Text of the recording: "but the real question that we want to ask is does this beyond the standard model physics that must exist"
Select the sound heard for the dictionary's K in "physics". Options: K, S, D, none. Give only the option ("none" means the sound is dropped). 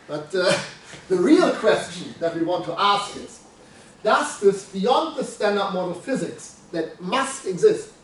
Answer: K